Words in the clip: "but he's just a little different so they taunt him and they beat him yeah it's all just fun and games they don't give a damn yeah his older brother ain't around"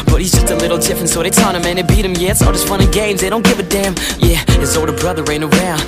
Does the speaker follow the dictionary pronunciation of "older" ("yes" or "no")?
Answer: no